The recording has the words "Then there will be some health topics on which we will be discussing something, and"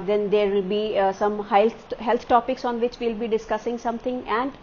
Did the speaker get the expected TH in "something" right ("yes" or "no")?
no